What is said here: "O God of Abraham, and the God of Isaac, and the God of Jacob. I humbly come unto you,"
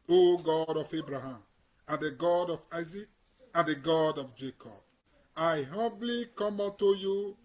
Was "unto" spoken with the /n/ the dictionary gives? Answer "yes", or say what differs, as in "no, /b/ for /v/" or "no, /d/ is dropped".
no, /n/ is dropped